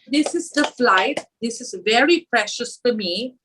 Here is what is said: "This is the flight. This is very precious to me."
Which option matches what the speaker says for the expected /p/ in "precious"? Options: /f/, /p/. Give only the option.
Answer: /p/